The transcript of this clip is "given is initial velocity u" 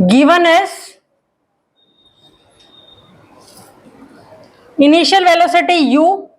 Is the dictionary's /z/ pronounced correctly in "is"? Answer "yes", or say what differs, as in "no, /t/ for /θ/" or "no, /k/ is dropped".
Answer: no, /s/ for /z/